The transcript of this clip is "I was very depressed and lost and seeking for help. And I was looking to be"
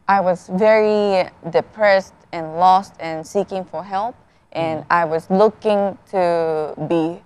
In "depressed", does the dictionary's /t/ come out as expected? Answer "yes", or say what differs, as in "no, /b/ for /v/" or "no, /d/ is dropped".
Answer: yes